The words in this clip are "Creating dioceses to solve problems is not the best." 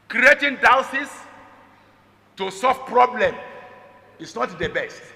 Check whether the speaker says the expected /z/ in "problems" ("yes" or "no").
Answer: no